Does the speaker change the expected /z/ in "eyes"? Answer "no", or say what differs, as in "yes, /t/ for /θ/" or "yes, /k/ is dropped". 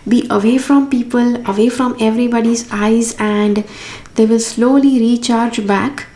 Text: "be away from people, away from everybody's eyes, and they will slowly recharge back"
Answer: no